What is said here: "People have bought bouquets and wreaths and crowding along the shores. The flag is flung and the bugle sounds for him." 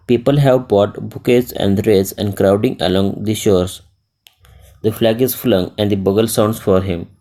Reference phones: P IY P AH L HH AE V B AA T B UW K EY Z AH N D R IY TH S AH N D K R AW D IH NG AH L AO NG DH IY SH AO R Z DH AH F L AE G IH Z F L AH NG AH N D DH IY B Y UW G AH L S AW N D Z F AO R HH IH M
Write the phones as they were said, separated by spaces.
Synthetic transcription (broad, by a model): P IY P AH L HH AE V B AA T B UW K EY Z AH N D R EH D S AH N D K R AW D IH NG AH L AO NG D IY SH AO R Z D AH F L AE G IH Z F L AH NG AH N D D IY B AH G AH L S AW N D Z F AO R HH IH M